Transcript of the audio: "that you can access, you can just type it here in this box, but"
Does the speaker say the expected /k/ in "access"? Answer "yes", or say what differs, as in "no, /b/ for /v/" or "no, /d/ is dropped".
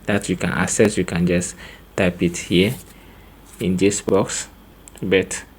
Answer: no, /k/ is dropped